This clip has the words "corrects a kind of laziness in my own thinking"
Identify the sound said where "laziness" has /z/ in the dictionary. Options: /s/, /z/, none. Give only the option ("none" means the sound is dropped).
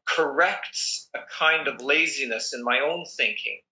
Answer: /z/